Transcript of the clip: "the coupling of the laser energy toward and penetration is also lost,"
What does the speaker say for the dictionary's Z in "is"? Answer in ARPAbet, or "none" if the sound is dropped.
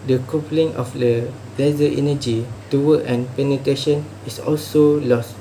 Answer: S